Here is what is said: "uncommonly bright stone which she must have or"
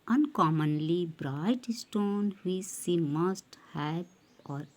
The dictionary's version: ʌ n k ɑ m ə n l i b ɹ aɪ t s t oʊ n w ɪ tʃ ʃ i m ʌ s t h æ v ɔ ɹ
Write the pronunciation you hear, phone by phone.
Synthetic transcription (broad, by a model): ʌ n k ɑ m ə n l i b ɹ aɪ t s t oʊ n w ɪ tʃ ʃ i m ʌ s t h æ b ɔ ɹ